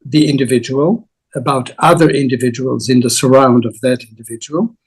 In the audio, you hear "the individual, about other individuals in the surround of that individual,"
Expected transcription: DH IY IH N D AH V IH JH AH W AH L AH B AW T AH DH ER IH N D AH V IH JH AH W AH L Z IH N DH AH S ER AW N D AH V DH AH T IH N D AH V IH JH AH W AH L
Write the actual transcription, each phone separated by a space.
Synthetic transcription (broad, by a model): DH IY IH N D AH V IH JH AH W AH L AH B AW T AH DH ER IH N D AH V IH JH AH W AH L Z IH N DH AH S ER AW N D AH V DH AH T IH N D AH V IH JH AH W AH L